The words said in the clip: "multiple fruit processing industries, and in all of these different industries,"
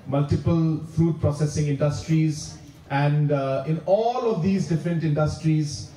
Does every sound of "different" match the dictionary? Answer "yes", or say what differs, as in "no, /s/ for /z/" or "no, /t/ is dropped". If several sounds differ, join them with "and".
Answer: yes